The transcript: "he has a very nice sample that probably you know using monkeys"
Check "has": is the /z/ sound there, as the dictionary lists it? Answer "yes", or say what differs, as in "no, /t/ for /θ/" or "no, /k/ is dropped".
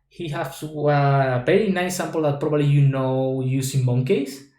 no, /s/ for /z/